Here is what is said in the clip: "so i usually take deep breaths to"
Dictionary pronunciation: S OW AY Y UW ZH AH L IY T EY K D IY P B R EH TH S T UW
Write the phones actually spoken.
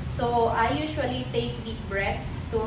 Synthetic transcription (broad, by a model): S OW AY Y UW SH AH L IY T EY K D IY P B R EH T S T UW